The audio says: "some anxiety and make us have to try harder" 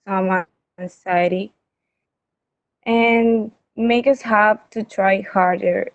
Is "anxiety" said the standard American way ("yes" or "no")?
no